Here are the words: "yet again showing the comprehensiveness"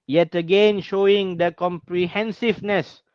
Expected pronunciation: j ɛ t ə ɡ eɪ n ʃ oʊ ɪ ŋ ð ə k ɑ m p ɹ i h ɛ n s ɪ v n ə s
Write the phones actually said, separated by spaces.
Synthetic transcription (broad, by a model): j ɛ t ə ɡ eɪ n ʃ oʊ ɪ ŋ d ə k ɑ m p ɹ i h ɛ n s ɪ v n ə s